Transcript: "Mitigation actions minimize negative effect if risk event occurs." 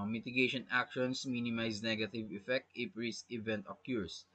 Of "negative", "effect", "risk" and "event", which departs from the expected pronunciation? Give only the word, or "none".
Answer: risk